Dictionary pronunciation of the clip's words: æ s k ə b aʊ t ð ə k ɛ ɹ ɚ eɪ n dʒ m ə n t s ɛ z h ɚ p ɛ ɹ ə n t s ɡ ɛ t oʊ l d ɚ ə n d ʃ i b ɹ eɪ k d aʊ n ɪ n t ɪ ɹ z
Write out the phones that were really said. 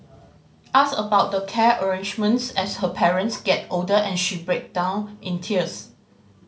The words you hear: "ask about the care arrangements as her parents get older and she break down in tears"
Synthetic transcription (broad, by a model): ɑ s ə b aʊ t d ə k ɛ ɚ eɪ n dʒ m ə n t s ɛ s h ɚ p ɛ ɹ ə n t s ɡ ɛ t oʊ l d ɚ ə n ʃ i b ɹ eɪ k d aʊ n ɪ n t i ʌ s